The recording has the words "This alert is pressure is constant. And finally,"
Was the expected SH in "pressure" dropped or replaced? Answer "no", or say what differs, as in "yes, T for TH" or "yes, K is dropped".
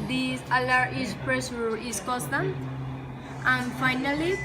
yes, S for SH